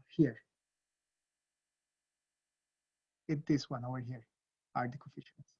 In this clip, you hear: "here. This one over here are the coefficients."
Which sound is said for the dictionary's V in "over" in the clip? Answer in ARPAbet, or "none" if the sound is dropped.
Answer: none